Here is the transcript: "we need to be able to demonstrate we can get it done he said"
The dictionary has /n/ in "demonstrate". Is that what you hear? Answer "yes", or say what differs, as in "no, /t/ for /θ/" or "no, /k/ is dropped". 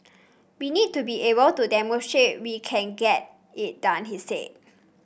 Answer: no, /n/ is dropped